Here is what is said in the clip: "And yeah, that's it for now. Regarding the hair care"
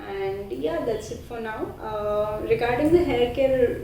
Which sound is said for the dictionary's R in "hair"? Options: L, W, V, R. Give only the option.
L